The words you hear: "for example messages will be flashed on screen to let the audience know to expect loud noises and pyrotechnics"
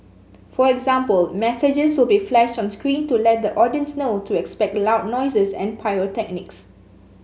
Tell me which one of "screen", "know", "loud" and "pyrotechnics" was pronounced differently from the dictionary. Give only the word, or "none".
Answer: pyrotechnics